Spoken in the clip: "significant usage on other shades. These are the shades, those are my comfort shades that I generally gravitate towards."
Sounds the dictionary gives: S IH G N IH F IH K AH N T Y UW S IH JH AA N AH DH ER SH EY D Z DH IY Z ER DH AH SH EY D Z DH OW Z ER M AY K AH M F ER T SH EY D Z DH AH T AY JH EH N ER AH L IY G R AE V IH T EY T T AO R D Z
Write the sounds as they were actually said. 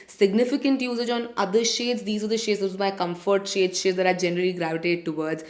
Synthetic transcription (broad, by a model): S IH G N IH F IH K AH N T Y UW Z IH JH AA N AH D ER SH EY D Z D IY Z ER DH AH SH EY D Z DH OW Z M AY K AH M F ER T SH EY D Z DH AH T AY JH EH N ER AH L IY G R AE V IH T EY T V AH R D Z